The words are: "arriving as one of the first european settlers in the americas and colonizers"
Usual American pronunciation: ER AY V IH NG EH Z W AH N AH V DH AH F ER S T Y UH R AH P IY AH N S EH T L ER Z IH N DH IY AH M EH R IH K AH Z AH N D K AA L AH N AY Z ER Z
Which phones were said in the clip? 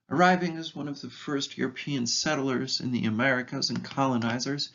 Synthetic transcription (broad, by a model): ER AY V IH NG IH Z W AH N AH V DH AH F ER S T Y UH R AH P IY AH N S EH T L ER Z IH N DH IY AH M EH R IH K AH Z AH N K AA L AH N AY Z ER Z